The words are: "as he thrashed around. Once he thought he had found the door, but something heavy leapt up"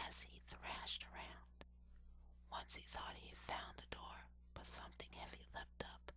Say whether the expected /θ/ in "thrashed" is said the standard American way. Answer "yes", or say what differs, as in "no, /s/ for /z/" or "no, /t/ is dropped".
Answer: yes